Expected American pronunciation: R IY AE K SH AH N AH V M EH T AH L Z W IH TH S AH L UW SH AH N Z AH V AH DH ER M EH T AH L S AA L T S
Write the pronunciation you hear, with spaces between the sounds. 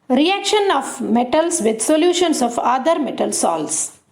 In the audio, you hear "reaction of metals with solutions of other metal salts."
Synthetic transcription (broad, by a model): R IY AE K SH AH N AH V M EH T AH L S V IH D S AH L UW SH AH N S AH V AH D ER M EH T AH L S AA L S